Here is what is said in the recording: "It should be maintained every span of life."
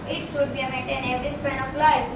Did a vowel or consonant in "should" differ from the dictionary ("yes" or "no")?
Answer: yes